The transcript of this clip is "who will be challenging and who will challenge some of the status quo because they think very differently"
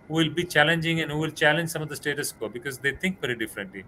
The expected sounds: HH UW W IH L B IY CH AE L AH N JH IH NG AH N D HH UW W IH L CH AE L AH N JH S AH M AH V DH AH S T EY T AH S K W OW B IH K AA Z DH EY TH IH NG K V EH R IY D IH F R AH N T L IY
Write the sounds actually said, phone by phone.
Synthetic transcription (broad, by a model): HH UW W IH L B IY CH AE L AH N JH IH NG AH N D HH UW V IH L CH AE L AH N JH S AH M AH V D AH S T EY T AH S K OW B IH K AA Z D EY T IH NG K V EH R IY D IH F R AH N T L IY